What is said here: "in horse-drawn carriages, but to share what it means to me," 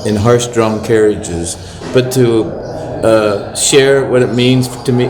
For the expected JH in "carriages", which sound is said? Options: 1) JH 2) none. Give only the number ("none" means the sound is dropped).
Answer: 1